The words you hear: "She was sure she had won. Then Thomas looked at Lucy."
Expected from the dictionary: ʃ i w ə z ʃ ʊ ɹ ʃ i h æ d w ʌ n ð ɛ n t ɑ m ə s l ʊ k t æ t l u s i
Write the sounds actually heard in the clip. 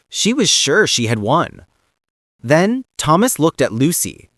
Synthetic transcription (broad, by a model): ʃ i w ə z ʃ ʊ ɹ ʃ i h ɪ d w ʌ n ð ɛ n t ɑ m ə s l ʊ k t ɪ t l u s i